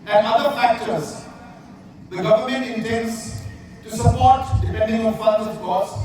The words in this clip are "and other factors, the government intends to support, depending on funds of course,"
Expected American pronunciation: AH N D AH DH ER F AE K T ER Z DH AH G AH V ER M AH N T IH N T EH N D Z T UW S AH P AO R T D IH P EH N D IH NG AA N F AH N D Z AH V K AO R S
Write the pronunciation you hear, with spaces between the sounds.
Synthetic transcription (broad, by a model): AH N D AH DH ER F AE K T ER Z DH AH G AH V ER M AH N T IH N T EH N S T UW S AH P AO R T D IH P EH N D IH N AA L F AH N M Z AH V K AO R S